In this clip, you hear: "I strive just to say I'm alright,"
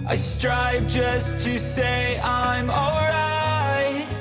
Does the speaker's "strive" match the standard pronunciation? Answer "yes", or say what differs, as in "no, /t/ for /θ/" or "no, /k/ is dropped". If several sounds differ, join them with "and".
yes